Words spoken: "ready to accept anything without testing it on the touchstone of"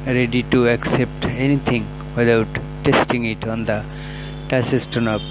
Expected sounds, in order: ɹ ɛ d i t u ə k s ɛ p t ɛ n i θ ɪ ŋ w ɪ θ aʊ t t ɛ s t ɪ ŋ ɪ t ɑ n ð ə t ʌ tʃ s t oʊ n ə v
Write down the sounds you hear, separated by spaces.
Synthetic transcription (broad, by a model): ɹ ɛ d i t u ə k s ɛ p t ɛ n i t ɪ ŋ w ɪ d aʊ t t ɛ s t ɪ ŋ ɪ t ɑ n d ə t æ s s t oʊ n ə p